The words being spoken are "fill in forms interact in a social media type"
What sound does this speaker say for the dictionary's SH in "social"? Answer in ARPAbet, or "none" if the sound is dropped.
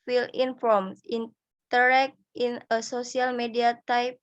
S